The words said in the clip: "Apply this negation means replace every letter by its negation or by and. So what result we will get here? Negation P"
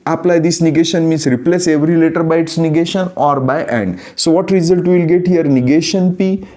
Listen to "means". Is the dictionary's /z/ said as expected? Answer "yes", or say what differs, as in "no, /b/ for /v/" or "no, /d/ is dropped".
no, /s/ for /z/